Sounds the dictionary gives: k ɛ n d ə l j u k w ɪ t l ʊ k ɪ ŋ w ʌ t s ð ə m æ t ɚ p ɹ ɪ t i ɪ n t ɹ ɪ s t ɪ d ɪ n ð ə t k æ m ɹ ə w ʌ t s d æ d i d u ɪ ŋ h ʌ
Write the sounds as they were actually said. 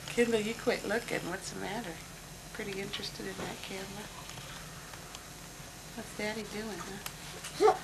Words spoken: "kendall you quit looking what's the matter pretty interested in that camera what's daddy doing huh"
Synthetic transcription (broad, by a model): k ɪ n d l j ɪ k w ɪ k l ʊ k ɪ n w ʌ t s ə m æ t ɚ p ɹ ɪ t i ɪ n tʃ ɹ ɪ s t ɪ d ɪ n ð ə t k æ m l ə w ʌ t s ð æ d i d u ɪ ŋ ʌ